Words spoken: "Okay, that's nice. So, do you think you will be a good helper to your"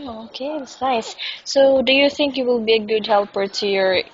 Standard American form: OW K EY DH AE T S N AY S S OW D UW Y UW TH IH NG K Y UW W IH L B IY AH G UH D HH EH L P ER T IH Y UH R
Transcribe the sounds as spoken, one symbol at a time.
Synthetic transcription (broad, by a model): OW K EY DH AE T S N AY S S OW D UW Y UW TH IH NG K Y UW W IH L B IY AH G UH D HH EH L P ER T IH Y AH R